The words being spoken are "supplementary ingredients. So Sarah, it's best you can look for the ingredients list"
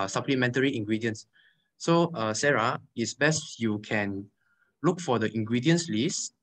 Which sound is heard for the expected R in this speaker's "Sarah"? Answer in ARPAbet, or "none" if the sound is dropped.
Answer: R